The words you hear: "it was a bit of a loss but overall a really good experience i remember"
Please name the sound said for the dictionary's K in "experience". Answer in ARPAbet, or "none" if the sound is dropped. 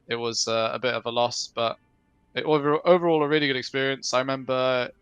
K